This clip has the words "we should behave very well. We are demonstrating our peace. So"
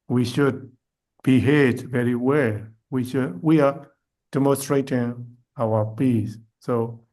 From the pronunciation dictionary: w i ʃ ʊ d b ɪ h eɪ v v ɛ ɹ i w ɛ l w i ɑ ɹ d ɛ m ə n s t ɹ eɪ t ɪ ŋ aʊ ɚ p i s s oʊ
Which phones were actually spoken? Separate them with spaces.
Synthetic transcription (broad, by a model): w i ʃ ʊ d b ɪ h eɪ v v ɛ ɹ i w ɛ l w i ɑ w d ɛ m ə n s t ɹ eɪ t ɪ ŋ aʊ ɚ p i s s oʊ